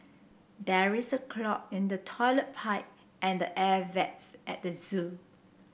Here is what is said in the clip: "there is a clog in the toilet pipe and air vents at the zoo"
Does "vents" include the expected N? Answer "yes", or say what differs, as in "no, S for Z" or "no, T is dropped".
no, N is dropped